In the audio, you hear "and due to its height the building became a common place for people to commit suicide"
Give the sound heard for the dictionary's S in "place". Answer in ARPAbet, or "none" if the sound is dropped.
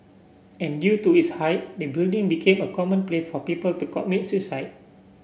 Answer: none